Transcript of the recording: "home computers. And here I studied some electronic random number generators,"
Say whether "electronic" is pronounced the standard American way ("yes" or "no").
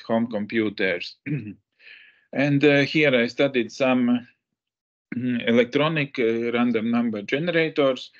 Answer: yes